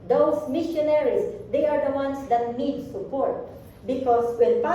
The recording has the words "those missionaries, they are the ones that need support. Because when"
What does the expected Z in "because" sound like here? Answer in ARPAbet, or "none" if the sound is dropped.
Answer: S